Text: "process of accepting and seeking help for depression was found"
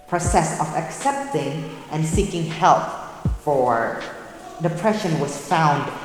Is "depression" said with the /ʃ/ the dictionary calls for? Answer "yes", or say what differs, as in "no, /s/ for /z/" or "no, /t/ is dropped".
yes